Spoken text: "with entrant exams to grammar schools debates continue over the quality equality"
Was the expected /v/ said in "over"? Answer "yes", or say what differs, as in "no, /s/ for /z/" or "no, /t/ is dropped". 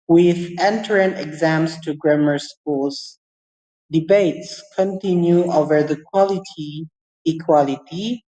yes